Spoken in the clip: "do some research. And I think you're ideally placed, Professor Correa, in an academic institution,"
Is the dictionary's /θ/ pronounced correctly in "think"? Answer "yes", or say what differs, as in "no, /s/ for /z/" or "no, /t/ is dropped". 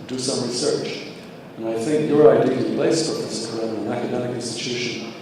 yes